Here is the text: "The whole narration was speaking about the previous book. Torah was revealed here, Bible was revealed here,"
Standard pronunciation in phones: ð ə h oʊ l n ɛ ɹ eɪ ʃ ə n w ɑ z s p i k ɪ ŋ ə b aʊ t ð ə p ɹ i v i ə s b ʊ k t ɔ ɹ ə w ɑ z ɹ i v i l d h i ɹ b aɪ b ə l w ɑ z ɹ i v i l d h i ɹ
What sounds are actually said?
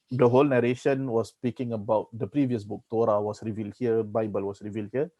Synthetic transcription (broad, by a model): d ə h oʊ l n ɛ ɹ eɪ ʃ ə n w ɑ s p i k ɪ ŋ ə b aʊ t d ə p ɹ i v i ə s b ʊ k t ɔ ɹ ə w ɑ s ɹ i v i l d h i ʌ b aɪ b ə l w ɑ s ɹ i v i l d h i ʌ